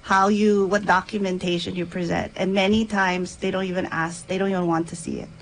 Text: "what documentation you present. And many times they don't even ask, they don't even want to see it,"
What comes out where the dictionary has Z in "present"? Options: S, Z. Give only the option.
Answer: Z